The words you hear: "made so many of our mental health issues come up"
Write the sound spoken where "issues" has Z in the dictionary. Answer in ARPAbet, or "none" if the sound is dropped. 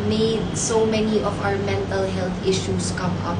S